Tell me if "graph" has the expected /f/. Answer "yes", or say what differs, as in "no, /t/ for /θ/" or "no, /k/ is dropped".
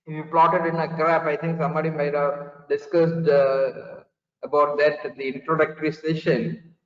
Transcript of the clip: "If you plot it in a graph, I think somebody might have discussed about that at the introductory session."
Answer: no, /p/ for /f/